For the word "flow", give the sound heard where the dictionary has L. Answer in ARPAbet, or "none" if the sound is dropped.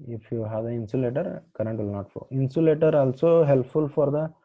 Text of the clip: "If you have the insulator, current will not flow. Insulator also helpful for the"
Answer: none